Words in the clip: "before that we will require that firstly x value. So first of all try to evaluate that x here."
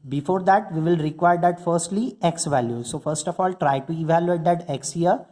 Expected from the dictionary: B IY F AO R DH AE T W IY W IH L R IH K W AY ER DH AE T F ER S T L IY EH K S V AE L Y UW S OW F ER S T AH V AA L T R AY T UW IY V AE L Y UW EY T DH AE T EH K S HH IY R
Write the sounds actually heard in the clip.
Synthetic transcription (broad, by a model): B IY F AO R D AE T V IY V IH L R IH K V AY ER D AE T F ER S T L IY EH K S V AE L Y UW S OW F ER S T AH F AA L T R AY T UW IY V AE L Y UW EY T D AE T EH K S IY R